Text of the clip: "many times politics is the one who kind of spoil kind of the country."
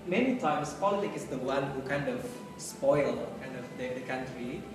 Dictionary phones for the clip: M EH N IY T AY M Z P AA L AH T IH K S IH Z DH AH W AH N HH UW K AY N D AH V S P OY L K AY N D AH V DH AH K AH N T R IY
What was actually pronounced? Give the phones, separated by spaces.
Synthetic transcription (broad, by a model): M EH N IY T AY M S P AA L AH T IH K IH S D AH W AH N HH UW K AY N D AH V S P OY L K AY N D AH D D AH K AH N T R IY